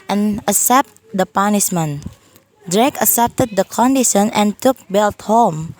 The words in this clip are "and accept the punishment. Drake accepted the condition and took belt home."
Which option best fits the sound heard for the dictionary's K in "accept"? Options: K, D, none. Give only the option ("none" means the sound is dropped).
none